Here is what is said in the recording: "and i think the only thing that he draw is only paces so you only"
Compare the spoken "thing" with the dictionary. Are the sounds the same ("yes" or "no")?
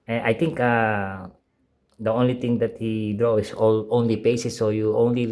no